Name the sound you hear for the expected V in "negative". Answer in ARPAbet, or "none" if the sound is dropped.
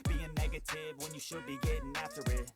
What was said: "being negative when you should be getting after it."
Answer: V